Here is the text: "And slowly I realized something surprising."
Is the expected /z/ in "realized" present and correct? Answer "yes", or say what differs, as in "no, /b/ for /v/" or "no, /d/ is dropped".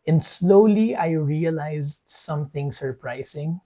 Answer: yes